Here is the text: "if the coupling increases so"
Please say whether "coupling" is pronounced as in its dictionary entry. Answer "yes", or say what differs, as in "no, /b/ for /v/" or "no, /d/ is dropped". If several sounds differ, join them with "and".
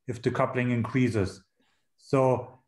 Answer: yes